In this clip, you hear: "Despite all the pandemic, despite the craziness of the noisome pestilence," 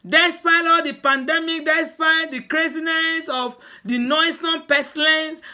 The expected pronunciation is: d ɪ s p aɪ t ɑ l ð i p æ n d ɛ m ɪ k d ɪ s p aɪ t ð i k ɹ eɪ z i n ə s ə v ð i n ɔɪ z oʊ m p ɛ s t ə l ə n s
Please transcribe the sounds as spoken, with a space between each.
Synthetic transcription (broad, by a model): d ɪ s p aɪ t ɑ l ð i p æ n d ɛ m ɪ k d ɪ s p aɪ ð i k ɹ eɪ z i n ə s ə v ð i n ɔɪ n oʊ p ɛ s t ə l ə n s